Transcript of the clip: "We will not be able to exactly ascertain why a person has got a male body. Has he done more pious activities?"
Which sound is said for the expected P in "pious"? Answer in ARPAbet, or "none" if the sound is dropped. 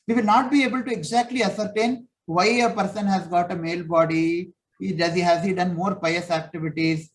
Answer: P